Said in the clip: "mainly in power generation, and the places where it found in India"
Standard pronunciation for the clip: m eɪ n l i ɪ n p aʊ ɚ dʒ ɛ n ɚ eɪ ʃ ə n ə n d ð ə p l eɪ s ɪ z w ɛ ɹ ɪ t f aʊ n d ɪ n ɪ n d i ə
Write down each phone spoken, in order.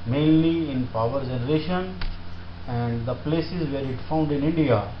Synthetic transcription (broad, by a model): m eɪ n l i ɪ n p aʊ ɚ dʒ ɛ n ɚ eɪ ʃ ə n ə n d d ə p l eɪ s ɪ z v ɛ ɹ ɪ t f aʊ n d ɪ n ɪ n d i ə